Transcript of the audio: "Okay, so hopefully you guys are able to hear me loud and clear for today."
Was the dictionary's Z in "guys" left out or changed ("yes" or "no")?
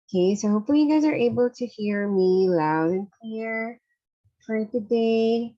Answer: no